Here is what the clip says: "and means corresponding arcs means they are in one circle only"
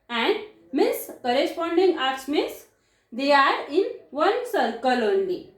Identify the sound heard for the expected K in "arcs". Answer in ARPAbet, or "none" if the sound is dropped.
none